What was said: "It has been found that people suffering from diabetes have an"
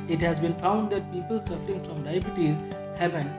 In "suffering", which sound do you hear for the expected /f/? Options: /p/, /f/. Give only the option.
/f/